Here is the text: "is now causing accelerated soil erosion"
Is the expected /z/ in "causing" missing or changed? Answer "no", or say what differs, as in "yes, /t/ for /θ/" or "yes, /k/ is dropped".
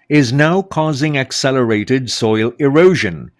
no